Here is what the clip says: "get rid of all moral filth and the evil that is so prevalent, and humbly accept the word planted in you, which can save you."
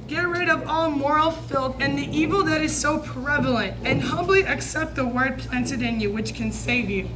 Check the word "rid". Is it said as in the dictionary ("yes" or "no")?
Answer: yes